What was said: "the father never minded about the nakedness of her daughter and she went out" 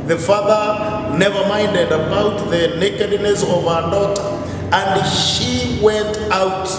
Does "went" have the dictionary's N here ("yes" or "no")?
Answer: yes